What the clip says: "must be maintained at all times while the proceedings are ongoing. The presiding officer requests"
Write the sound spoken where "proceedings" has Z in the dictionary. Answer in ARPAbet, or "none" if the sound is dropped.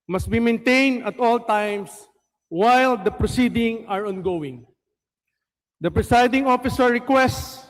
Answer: none